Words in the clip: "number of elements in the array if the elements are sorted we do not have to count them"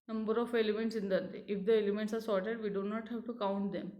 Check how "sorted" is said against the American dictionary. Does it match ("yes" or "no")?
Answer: yes